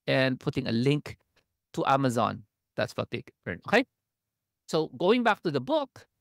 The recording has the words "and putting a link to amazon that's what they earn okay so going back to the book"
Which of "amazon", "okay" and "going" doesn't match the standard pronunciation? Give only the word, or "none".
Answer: none